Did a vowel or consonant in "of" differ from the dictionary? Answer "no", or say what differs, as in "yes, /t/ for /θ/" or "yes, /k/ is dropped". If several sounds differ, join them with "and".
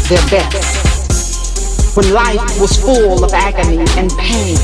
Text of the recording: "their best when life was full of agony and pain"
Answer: no